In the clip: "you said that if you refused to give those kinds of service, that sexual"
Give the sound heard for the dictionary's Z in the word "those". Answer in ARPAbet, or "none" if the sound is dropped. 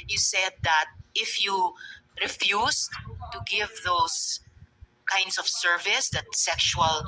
S